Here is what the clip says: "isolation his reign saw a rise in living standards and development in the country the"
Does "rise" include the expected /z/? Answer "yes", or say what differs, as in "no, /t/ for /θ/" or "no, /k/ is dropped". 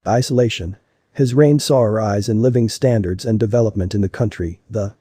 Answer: yes